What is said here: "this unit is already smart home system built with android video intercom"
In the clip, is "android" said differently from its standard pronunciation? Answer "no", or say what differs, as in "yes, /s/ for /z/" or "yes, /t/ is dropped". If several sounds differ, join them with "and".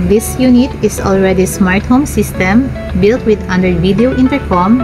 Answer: yes, /ɹ/ is dropped